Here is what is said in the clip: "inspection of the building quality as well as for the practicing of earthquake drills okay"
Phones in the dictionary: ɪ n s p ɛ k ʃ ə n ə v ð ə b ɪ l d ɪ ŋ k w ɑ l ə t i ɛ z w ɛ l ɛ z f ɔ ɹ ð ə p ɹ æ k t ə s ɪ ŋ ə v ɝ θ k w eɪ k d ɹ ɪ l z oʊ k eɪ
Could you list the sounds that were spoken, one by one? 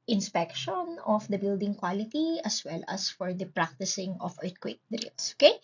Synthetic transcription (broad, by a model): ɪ n s p ɛ k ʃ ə n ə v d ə b ɪ l d ɪ ŋ k w ɑ l ə t i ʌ s w ɛ l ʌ s f ɔ ɹ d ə p ɹ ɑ k t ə s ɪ ŋ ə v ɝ t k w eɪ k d ɹ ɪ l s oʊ k eɪ